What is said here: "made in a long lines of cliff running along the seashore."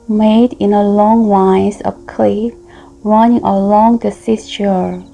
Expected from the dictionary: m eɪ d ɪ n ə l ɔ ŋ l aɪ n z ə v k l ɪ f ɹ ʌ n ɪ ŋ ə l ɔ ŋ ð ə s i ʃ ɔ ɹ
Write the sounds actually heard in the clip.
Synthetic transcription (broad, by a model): m eɪ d ɪ n ə l ɔ ŋ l aɪ z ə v k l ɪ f ɹ ʌ n ɪ ŋ ə l ɔ ŋ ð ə s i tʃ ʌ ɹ